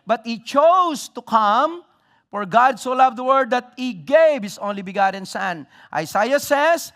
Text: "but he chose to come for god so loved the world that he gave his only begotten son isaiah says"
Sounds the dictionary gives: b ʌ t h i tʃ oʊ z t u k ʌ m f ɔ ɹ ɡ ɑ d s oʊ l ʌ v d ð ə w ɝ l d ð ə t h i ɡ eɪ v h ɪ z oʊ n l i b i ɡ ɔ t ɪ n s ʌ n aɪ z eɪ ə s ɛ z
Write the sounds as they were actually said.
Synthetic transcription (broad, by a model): b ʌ t h i tʃ oʊ s t u k ʌ m f ɔ ɹ ɡ ɑ d s oʊ l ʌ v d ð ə w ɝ d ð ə t h i ɡ eɪ v h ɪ s oʊ n l i b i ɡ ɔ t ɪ n s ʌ n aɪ s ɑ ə s ɛ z